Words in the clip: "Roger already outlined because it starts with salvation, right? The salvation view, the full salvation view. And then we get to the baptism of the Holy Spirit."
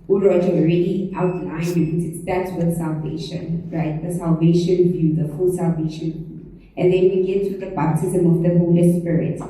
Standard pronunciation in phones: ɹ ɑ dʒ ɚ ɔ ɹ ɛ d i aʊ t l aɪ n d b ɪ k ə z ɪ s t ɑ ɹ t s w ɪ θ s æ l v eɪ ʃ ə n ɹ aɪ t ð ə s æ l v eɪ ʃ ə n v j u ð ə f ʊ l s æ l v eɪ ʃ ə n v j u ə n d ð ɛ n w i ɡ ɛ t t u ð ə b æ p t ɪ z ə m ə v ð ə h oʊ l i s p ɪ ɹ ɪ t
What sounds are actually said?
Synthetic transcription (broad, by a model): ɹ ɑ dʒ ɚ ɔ ɹ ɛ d i aʊ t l aɪ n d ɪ ə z ɪ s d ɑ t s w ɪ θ s æ l v eɪ ʃ ə n ɹ aɪ t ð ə s æ l v eɪ ʃ ə n v j u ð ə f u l s æ l v eɪ ʃ ə n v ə n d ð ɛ n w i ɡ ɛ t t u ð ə b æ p t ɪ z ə m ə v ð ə h oʊ l i s p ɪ ɹ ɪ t